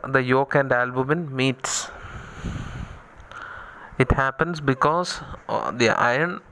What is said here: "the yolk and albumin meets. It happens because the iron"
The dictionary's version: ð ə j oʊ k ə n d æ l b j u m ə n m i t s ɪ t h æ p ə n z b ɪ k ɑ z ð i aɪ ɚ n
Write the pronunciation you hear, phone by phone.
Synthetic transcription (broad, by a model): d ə j oʊ k ə n d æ l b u m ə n m i t s ɪ t h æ p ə n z b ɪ k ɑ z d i aɪ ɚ n